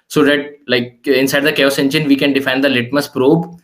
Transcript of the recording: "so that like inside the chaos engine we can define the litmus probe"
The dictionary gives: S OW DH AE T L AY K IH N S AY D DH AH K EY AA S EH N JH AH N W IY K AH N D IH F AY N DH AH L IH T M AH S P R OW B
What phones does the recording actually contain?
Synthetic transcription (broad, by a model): S OW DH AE T L AY K IH N S AY D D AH K EY AA S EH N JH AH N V IY K AH N D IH F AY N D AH L IH T M AH S P R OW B